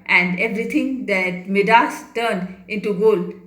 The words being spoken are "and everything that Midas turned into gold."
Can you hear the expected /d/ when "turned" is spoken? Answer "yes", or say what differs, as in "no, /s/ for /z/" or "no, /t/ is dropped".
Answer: yes